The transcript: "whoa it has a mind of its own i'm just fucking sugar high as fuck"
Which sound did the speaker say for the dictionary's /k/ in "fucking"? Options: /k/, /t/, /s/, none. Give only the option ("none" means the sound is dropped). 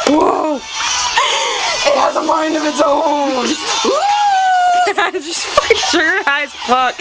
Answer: none